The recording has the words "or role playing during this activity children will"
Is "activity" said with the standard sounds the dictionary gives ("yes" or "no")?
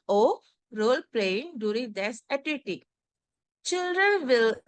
no